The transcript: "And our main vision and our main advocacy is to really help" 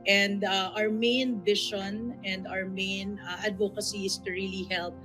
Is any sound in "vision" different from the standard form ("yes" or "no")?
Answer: yes